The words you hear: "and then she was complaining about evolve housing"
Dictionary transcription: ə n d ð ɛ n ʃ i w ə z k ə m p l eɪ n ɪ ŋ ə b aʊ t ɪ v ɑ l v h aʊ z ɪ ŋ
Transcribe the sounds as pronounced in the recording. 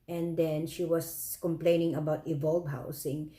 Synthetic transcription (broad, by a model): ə n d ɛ n ʃ i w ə s k ə m p l eɪ n ɪ ŋ ə b aʊ t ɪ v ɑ l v h aʊ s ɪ ŋ